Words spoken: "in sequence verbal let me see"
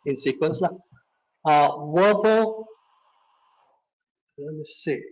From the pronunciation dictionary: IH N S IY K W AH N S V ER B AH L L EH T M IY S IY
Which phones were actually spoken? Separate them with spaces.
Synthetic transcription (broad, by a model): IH N S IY K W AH N S W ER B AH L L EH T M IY S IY